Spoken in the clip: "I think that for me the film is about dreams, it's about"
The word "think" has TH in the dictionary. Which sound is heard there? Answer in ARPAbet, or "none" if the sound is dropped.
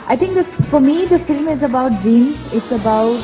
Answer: T